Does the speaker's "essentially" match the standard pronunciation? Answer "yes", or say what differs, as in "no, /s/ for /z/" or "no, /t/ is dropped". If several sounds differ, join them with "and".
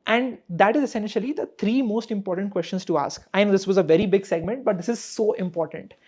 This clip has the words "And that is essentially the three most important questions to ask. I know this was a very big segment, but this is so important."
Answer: yes